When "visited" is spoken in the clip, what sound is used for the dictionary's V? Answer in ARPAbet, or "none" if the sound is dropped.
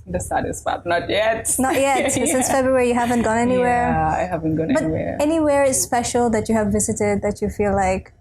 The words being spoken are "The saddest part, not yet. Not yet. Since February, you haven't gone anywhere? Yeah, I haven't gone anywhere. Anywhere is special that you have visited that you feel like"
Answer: V